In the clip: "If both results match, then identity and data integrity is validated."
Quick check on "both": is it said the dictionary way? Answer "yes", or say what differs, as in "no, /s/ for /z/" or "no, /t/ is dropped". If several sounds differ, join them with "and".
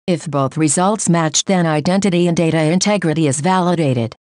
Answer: yes